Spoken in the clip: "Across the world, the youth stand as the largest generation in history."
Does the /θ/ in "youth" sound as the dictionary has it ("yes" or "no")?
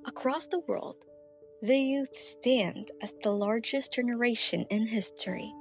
yes